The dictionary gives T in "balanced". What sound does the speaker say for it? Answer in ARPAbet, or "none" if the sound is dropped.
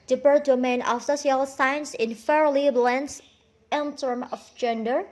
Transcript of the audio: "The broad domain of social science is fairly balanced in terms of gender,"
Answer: none